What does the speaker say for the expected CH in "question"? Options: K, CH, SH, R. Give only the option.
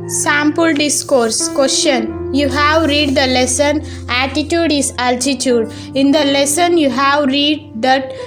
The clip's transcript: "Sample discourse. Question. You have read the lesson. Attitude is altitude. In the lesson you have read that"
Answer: SH